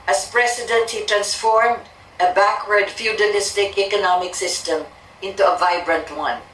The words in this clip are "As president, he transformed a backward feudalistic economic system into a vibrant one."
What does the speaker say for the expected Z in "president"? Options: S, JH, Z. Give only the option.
S